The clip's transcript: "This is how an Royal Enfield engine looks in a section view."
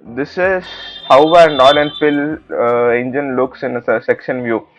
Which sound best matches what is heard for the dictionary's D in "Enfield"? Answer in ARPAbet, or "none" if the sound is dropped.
none